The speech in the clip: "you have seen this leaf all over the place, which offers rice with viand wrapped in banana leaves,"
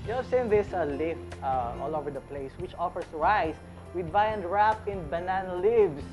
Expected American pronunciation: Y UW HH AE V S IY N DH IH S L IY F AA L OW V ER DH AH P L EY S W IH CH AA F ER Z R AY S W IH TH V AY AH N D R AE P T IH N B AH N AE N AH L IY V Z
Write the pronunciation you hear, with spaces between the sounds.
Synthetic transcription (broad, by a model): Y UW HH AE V S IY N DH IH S L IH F AA L OW V ER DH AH P L EY S W IH CH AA F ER S R AY S W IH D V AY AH N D R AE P IH N B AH N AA N L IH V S